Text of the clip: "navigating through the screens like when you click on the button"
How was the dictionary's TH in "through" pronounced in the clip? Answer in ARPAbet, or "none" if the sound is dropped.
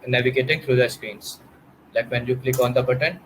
T